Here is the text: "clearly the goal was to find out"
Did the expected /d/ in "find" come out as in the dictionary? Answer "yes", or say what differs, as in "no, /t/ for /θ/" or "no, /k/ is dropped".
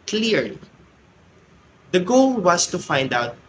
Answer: yes